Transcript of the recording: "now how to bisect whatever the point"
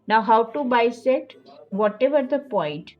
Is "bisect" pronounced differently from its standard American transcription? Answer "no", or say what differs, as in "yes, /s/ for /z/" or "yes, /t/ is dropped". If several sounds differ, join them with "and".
yes, /k/ is dropped